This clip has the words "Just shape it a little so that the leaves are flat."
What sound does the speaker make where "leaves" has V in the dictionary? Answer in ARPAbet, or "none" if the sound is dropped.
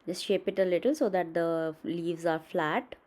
V